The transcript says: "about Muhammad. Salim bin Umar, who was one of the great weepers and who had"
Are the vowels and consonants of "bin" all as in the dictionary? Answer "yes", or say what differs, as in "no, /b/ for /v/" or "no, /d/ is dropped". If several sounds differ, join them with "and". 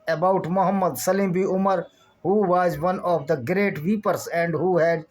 no, /n/ is dropped